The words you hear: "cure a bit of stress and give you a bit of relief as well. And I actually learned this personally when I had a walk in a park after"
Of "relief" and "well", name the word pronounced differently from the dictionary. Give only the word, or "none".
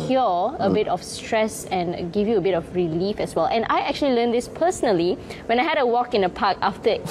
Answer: none